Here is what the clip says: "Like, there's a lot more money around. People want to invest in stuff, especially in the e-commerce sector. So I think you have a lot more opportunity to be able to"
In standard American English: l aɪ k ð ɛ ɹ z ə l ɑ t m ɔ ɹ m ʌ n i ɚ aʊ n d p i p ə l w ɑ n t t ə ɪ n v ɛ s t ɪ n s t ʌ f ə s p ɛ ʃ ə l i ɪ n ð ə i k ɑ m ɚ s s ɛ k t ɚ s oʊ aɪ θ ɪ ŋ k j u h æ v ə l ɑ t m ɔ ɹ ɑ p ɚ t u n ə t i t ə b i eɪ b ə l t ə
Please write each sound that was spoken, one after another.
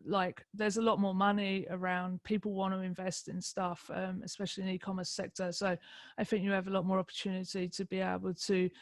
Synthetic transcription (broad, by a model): l aɪ k ð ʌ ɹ z ə l ɑ t m ɔ m ʌ n i ɚ aʊ n d p i p ə l w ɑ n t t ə ɪ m v ɛ s t ɪ n s t ʌ f ə s p ɛ ʃ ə l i ɪ n i k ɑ m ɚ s s ɛ k t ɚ s oʊ aɪ θ ɪ ŋ k j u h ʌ v ə l ɑ t m ɔ ɹ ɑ p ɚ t u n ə t i t ə b i eɪ b ə l t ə